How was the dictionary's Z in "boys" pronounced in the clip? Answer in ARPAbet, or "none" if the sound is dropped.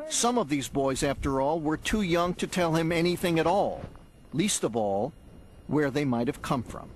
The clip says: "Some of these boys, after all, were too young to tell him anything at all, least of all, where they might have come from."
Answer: Z